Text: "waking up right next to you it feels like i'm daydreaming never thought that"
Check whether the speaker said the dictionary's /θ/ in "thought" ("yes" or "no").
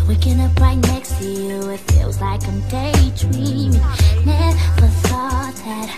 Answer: no